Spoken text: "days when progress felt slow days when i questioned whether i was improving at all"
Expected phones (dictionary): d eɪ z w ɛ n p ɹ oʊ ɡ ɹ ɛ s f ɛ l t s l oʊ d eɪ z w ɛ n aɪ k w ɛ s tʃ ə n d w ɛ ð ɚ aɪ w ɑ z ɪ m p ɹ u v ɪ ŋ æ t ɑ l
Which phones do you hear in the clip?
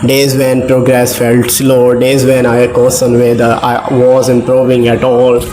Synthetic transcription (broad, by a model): d eɪ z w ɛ n p ɹ oʊ ɡ ɹ ɛ s f ɛ l t s l oʊ d eɪ z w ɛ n aɪ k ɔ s ə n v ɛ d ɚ aɪ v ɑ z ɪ m p ɹ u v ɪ ŋ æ t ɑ l